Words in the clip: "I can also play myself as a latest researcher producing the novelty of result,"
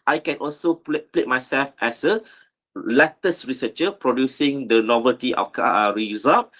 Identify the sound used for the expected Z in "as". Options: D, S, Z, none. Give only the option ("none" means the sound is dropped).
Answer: S